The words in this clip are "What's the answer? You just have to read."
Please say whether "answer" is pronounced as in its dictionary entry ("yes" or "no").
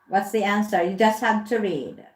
yes